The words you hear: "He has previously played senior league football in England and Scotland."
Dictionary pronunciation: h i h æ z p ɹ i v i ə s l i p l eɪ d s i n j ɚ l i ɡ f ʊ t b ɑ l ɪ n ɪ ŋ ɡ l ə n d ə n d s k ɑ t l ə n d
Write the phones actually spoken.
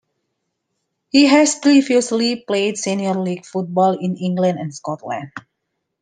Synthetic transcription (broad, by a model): h i h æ s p ɹ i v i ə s l i p l eɪ d s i n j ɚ l i ɡ f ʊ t b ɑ l ɪ n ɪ ŋ ɡ l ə n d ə n s k ɑ t l ə n d